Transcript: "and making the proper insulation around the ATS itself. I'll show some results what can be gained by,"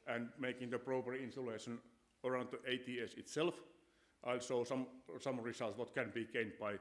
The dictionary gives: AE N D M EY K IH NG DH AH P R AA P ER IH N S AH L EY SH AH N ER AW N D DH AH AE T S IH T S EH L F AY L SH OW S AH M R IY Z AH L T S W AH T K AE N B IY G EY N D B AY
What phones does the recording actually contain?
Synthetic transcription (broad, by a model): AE N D M EY K IH NG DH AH P R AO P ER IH N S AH L EY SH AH N ER AW N D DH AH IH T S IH T S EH L F AY L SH OW S AH M R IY S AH L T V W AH T K AE N B IY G EY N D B AY